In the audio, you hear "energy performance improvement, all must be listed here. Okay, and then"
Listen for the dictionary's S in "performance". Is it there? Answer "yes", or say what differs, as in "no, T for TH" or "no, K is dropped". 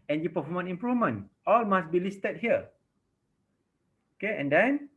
no, S is dropped